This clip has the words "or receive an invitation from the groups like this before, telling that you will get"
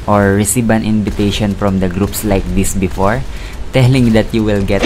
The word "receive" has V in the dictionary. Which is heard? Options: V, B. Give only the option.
B